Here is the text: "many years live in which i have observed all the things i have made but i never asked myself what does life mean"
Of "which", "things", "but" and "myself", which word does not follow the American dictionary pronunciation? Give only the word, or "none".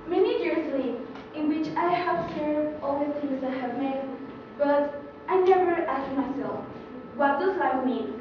things